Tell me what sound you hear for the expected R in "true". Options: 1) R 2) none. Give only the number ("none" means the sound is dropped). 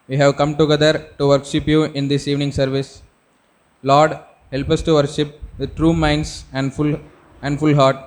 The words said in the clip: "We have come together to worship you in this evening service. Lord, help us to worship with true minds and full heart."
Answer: 1